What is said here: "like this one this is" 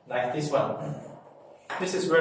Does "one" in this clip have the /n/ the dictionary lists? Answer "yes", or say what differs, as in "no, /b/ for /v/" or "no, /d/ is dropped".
no, /l/ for /n/